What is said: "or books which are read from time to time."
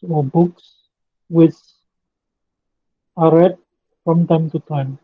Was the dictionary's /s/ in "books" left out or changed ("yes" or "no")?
no